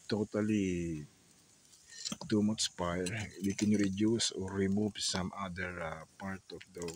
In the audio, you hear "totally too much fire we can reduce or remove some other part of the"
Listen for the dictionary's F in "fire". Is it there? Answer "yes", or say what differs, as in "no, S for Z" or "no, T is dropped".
no, P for F